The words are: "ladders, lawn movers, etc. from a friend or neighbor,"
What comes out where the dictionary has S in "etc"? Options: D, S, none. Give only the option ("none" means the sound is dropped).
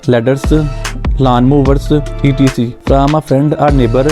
none